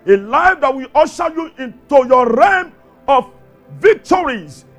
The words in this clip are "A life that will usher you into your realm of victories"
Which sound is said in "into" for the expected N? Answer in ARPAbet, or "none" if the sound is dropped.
N